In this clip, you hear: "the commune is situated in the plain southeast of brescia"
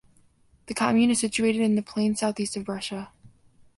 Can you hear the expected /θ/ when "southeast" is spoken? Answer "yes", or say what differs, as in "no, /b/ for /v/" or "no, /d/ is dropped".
yes